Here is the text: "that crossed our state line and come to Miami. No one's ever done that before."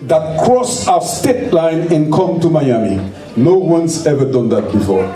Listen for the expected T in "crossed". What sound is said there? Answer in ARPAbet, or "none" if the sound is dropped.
none